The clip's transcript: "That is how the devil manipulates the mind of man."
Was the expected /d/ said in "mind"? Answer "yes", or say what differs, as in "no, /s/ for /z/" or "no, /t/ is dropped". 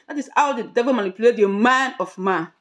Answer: no, /d/ is dropped